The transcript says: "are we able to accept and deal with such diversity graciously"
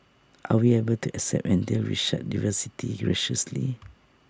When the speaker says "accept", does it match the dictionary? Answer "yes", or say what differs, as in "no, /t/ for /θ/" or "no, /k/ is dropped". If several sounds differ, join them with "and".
yes